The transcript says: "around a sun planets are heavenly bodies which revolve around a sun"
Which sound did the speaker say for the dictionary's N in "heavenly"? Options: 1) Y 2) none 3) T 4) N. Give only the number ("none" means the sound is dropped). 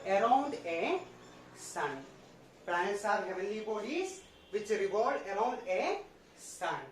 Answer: 2